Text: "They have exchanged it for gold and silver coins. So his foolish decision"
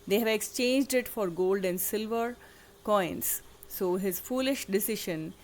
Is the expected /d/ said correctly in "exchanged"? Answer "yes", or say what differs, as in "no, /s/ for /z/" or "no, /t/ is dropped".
yes